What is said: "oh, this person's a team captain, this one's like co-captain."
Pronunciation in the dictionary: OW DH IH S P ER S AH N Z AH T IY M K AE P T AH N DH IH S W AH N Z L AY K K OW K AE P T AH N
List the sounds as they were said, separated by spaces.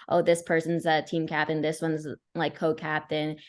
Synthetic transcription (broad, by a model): OW DH IH S P ER S AH N Z AH T IY M K AE P T AH N DH IH S W AH N Z L AY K K OW K AE P T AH N